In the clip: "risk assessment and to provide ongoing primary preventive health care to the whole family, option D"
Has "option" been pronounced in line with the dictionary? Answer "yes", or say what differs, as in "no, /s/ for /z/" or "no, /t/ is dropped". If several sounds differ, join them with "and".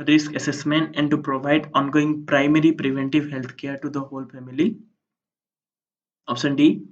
no, /s/ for /ʃ/